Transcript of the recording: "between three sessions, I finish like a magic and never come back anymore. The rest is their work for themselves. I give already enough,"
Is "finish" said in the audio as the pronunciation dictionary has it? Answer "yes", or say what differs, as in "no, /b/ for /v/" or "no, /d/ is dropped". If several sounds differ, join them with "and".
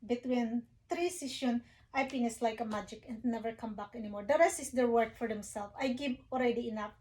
no, /s/ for /ʃ/